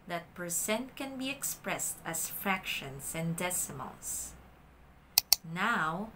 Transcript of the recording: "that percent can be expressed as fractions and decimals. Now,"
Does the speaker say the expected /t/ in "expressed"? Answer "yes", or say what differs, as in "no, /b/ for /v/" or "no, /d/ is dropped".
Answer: yes